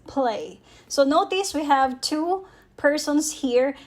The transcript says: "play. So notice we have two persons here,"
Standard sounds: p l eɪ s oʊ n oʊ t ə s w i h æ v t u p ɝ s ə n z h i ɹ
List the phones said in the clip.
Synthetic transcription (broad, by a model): p l eɪ s oʊ n oʊ t ə s w i h æ v t u p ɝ s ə n s h i ɹ